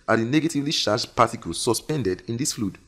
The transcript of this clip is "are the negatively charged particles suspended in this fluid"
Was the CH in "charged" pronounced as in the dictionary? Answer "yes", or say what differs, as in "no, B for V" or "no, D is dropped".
no, SH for CH